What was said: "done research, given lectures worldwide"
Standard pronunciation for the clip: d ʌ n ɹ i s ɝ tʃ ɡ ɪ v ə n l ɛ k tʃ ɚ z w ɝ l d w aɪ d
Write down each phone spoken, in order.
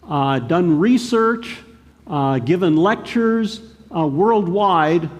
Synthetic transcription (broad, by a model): d ʌ n ɹ i s ɝ tʃ ɡ ɪ v ə n l ɛ k tʃ ɚ z w ɝ l d w aɪ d